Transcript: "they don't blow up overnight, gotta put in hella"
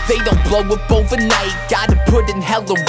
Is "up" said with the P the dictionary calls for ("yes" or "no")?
no